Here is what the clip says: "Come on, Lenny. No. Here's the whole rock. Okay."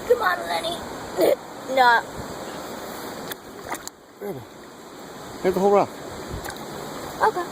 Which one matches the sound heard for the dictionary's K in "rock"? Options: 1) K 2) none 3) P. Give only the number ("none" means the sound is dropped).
2